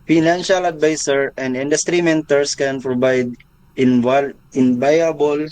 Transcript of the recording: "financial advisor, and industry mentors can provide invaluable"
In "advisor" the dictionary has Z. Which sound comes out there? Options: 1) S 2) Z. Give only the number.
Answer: 1